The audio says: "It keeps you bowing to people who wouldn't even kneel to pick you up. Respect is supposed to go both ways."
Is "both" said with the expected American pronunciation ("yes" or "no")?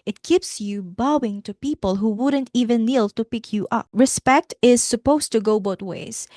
no